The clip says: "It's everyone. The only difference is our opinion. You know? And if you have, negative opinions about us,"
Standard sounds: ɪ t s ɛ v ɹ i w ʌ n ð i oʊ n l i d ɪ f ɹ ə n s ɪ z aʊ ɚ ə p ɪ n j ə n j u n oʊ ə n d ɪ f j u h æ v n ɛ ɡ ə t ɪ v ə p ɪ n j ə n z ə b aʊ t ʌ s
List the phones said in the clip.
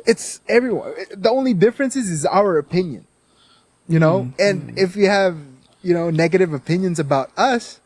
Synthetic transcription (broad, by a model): ɪ t s ɛ v ɹ i w ʌ n ð i oʊ n l i d ɪ f ɹ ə n s ɪ z aʊ ɚ ə p ɪ n j ə n j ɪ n oʊ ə n ɪ f j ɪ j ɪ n n ɛ ɡ ə t ɪ v ə p ɪ n j ə n z ə b aʊ t ʌ s